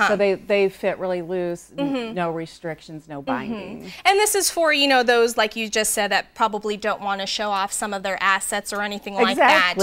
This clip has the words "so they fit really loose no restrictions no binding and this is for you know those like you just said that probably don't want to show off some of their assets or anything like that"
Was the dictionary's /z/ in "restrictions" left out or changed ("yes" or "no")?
no